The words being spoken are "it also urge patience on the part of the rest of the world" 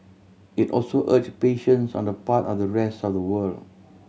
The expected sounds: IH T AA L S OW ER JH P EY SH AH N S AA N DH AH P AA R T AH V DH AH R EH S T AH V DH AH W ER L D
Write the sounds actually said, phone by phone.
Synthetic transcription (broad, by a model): IH T AA L S OW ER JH P EY SH AH N S AA N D AH P AA T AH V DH AH R EH S T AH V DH AH W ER L